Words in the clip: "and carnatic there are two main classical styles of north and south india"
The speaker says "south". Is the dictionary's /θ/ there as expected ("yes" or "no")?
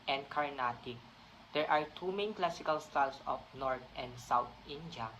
no